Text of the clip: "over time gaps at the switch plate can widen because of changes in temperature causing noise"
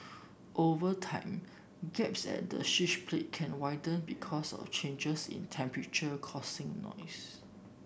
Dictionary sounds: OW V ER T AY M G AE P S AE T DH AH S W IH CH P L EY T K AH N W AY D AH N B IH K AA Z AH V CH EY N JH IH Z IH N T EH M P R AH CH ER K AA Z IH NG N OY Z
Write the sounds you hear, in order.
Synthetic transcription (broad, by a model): OW V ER T AY M G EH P S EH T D AH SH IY SH P L EY T K AH N W AY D AH N B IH K AA S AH F CH EY N JH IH S IH N T EH M P R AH CH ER K AA S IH NG N OY S